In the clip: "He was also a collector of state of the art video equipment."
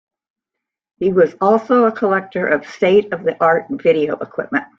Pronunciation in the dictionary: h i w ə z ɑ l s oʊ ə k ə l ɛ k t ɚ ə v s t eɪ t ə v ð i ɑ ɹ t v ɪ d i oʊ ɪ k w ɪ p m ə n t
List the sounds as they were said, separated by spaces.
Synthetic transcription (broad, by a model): h i w ə z ɑ l s oʊ ə k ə l ɛ k t ɚ ə v s t eɪ t ə v ð i ɑ ɹ t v ɪ d i oʊ ɪ k w ɪ p m ə n t